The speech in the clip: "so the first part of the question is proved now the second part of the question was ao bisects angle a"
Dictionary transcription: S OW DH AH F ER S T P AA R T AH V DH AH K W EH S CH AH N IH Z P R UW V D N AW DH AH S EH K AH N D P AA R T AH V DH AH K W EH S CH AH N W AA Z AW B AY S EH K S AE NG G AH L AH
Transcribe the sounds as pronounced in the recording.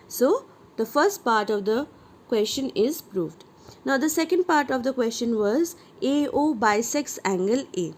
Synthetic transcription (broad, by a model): S OW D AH F ER S T P AA R T AH V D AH K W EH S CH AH N IH Z P R UW V D N AW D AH S EH K AH N D P AA R T AH V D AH K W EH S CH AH N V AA Z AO B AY S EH K S AE NG G AH L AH